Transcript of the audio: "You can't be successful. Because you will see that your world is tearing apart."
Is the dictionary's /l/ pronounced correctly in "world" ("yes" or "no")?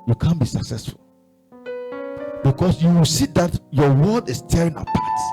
no